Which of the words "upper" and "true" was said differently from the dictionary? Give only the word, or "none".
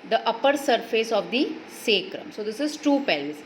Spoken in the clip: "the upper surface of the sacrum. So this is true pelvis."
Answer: true